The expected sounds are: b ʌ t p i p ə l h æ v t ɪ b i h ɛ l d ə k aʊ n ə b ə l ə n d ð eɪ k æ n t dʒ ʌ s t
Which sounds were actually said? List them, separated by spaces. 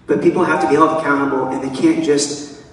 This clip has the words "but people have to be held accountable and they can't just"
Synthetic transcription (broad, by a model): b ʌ t p i p l h æ f t ɪ b i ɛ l ə k aʊ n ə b l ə n ð eɪ k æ n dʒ ʌ s t